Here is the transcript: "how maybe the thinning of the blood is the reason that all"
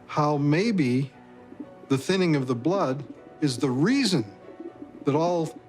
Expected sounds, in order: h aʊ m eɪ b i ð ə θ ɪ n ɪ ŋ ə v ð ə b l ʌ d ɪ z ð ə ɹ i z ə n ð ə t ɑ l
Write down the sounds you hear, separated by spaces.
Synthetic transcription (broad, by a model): h aʊ m eɪ b i ð ə θ ɪ n ɪ ŋ ə v ð ə b l ʌ d ɪ z ð ə ɹ i z ə n ð ə t ɑ l